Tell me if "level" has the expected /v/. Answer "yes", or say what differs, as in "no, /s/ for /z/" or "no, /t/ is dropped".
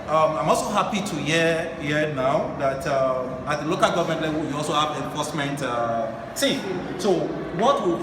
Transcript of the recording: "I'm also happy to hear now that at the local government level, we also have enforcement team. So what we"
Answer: no, /w/ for /v/